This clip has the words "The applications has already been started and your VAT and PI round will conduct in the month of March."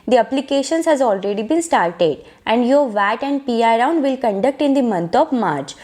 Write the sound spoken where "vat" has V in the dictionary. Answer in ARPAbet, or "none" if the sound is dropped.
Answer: V